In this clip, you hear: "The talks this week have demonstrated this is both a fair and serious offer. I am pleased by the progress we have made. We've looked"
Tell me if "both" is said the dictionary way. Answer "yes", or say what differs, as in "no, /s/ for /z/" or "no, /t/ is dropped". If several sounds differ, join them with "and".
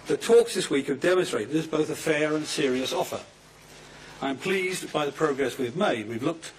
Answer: yes